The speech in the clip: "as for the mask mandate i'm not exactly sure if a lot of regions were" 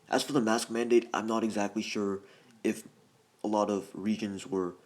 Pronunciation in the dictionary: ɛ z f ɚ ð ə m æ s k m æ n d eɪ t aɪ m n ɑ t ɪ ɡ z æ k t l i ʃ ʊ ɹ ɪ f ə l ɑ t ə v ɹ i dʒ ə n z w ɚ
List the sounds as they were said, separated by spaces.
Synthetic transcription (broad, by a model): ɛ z f ɚ ð ə m æ s k m æ n d eɪ t aɪ m n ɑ t ɪ ɡ z æ k t l i ʃ ʊ ɹ ɪ f ə l ɑ t ə v ɹ i dʒ ə n z w ɚ